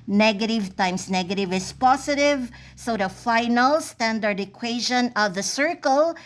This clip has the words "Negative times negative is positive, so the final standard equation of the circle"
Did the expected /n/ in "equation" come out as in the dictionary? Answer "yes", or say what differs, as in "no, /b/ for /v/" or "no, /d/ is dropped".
yes